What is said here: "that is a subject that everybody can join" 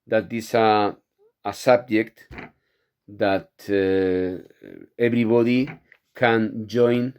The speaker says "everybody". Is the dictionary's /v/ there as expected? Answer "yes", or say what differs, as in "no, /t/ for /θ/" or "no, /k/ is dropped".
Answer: no, /b/ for /v/